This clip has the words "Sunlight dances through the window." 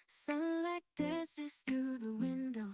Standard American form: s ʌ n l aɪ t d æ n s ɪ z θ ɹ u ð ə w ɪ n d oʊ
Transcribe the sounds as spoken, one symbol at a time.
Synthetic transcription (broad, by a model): s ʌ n l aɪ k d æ s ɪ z θ ɹ u ð ə w ɪ n d oʊ